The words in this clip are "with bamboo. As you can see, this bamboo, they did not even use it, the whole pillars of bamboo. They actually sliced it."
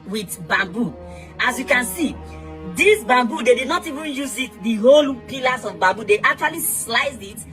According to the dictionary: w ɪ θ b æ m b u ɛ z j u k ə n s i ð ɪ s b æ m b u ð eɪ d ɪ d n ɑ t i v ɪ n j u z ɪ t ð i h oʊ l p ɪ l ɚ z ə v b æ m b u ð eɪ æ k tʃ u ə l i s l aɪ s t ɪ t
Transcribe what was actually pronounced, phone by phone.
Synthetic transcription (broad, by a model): w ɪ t b æ m b u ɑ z j u k ə n s i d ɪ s b æ m b u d eɪ d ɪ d n ɑ t i v ɪ n j u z ɪ t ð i h oʊ l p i l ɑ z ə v b æ m b u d eɪ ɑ k tʃ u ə l i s l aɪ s ɪ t